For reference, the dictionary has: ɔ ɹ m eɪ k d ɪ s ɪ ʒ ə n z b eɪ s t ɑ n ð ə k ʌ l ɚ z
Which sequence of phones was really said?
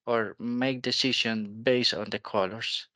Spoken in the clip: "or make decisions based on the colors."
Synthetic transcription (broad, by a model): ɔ ɹ m eɪ k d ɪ s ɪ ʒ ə n b eɪ s t ɑ n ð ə k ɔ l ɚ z